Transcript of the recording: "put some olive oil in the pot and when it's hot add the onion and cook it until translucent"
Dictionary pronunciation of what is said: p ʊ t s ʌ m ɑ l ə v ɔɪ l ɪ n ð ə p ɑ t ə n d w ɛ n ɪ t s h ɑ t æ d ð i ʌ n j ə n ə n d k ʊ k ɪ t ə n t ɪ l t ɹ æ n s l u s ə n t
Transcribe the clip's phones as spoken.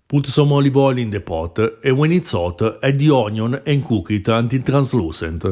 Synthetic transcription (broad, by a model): p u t s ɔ m ɑ l ə v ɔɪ l ɪ n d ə p ɑ t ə w ɛ n ɪ t s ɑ t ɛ d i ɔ n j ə n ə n k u k ɪ t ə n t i t ɹ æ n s l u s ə n t